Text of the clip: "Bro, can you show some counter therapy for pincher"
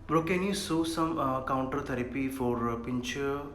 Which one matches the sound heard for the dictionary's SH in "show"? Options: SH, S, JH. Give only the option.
S